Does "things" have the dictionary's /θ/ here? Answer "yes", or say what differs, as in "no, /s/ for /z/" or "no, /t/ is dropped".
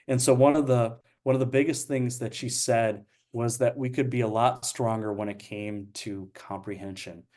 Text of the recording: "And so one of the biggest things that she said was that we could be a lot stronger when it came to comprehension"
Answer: yes